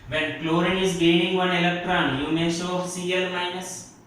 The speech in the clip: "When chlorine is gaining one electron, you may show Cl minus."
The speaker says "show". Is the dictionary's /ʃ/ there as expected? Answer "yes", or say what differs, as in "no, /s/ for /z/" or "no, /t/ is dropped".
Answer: no, /s/ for /ʃ/